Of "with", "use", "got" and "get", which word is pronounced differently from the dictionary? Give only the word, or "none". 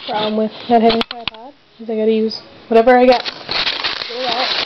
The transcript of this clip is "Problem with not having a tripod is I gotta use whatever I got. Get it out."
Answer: get